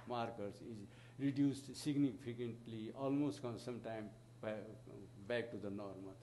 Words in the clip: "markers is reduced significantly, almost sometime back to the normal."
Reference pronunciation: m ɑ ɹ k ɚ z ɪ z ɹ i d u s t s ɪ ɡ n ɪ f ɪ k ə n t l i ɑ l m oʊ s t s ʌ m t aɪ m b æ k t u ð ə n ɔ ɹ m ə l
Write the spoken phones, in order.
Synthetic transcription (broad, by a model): m ɑ ɹ k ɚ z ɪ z ɹ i d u s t s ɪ ɡ n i p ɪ k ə n t l i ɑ l m oʊ s t s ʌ m t aɪ m b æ k t u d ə n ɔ ɹ m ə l